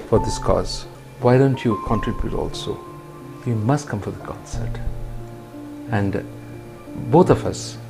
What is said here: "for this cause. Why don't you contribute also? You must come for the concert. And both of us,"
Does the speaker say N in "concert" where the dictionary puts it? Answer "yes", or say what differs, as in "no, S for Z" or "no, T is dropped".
no, N is dropped